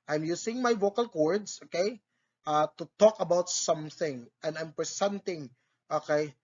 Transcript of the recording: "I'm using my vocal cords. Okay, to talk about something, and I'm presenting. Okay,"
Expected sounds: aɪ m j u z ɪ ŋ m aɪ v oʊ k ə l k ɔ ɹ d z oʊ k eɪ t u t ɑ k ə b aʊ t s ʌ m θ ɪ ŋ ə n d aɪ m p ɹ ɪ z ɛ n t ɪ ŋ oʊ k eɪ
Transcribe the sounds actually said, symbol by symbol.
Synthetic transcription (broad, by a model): aɪ m j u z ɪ ŋ m aɪ v oʊ k ə l k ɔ ɹ d s oʊ k eɪ t u t ɑ k ə b aʊ t s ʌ m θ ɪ ŋ ə n d aɪ m p ɹ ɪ s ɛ n t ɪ ŋ oʊ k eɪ